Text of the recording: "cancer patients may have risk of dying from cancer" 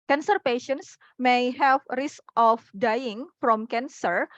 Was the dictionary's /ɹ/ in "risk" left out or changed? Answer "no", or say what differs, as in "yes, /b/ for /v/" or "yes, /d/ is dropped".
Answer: no